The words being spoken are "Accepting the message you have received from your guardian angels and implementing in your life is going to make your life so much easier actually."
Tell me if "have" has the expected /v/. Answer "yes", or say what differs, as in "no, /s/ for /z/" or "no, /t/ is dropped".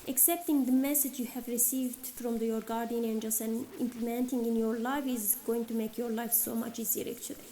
yes